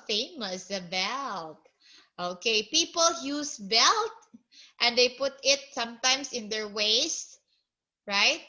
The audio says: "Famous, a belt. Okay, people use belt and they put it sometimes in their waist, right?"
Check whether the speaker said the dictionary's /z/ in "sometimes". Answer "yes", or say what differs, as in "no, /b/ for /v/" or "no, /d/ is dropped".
no, /s/ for /z/